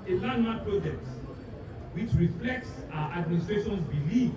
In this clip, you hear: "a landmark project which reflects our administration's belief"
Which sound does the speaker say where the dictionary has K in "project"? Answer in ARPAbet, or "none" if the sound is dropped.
K